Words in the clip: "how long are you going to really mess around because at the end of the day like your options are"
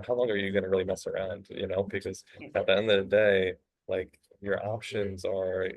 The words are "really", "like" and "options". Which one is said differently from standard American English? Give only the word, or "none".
none